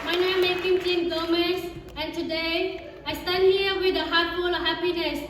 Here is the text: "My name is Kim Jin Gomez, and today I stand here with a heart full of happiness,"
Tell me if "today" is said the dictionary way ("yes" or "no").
yes